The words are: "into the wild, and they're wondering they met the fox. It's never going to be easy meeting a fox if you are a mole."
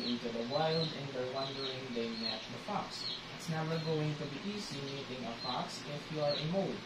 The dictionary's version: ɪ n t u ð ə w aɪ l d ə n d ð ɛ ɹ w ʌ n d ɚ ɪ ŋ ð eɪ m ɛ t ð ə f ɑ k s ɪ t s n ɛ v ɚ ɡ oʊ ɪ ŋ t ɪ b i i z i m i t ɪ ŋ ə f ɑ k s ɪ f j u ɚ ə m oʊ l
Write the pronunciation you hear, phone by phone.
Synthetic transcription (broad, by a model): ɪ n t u ð ə w aɪ l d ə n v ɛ ɹ w ʌ n d ɚ ɪ ŋ ð eɪ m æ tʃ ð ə f ɑ k s ɪ t s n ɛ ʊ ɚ ɡ oʊ ɪ ŋ t ɪ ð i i s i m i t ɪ ŋ ə f ɑ k s ɪ f j u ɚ ə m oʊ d